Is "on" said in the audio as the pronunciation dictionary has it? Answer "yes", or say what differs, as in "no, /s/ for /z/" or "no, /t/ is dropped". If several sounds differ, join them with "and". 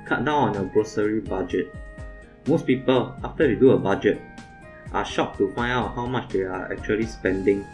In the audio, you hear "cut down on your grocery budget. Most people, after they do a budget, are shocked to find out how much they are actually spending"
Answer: yes